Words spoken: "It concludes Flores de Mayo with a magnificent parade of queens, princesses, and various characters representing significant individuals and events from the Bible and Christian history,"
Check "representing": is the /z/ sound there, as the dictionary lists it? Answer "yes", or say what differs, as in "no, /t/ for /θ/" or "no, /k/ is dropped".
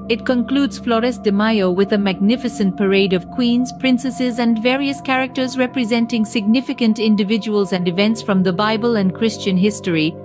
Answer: yes